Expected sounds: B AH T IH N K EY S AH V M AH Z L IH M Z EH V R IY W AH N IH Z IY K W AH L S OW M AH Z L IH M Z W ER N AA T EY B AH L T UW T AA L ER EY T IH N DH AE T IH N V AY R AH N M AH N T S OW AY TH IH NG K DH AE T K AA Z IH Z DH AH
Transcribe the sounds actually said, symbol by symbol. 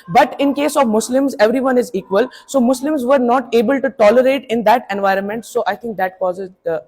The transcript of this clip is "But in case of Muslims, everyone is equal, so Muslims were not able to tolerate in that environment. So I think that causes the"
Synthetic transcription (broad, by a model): B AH T IH N K EY S AH V M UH S L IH M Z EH V R IY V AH N IH Z IY K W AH L S OW M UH S L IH M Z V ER N AA T EY B AH L T UW T AA L ER EY T IH N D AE T IH N V AY R AH N M AH N T S OW AY T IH NG K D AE T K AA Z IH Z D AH